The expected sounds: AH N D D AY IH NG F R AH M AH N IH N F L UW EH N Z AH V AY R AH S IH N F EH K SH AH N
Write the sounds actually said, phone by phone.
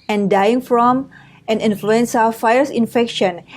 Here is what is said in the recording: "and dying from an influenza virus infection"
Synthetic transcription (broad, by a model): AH N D D AY IH NG F R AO M AH N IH N F L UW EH N S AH F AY AH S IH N F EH K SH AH N